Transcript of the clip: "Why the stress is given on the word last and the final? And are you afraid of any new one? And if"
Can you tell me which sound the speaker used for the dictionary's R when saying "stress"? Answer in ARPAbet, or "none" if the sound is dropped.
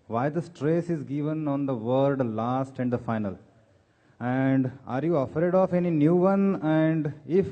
R